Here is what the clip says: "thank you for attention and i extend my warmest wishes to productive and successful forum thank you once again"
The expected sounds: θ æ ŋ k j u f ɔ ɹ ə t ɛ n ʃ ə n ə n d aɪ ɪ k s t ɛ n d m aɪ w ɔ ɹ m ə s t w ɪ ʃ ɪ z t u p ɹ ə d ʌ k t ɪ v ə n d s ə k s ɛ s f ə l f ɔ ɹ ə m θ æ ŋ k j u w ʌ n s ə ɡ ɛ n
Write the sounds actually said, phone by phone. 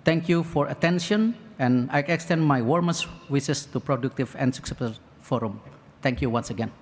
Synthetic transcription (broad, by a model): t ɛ ŋ k j u f ɔ ɹ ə t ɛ n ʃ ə n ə n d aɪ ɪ k s t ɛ n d m aɪ w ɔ ɹ m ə s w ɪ s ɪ s t u p ɹ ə d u k t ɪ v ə n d s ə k s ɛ f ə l f ɔ ɹ ə m t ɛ ŋ k j u w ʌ n s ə ɡ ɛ n